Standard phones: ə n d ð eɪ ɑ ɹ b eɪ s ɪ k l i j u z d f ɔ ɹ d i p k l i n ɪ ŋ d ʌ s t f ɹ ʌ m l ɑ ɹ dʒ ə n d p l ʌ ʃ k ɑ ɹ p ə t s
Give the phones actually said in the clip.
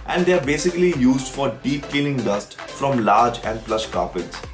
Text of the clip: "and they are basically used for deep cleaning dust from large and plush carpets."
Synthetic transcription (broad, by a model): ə n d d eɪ ɑ ɹ b eɪ s ɪ k l i j u z d f ɔ ɹ d i p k i l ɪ ŋ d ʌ s t f ɹ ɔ m l ɑ ɹ dʒ ə n d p l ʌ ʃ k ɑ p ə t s